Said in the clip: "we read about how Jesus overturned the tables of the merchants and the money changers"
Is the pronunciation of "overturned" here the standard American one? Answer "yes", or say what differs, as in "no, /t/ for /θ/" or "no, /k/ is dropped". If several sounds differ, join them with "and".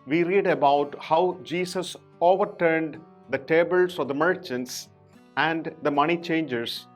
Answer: yes